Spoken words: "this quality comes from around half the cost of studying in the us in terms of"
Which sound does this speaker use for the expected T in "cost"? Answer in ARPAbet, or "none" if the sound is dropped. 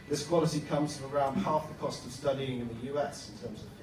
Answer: T